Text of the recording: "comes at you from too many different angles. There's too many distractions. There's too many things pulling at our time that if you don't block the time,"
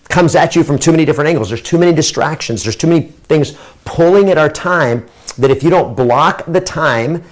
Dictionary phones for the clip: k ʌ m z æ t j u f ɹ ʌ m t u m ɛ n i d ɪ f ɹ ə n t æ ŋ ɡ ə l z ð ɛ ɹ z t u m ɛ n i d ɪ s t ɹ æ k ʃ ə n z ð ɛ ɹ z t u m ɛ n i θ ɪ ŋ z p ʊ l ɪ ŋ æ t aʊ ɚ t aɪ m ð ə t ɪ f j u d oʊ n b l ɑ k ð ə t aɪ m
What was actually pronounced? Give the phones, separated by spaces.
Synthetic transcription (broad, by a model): k ʌ m z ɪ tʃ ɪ f ɹ ʌ m t u m ɛ n i d ɪ f ɹ ə n t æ ŋ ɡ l z ð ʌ ɹ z t u m ɛ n i d ɪ s t ɹ æ k ʃ ə n z ð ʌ ɹ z t u m ɛ n i θ ɪ ŋ z p ʊ l ɪ ŋ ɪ t aʊ ɚ t aɪ m ð ə t ɪ f j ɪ d oʊ n b l ɑ k ð ə t aɪ m